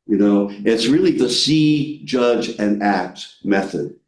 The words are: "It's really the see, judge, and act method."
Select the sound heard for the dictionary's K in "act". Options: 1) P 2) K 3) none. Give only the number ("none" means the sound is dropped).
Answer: 2